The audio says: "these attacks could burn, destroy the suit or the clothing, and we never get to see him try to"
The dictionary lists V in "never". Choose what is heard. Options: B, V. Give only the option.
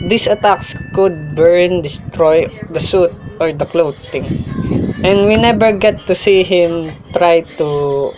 B